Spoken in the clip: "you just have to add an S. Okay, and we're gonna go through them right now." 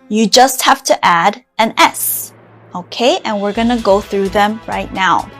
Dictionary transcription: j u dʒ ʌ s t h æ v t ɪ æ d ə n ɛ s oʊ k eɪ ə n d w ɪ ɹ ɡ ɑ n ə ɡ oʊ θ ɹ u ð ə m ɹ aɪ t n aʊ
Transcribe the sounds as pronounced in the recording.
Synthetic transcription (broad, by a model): j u dʒ ʌ s t h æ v t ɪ æ d ə n ɛ s oʊ k eɪ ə n w ɪ ɹ ɡ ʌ n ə ɡ oʊ θ ɹ u ð ə m ɹ aɪ t n aʊ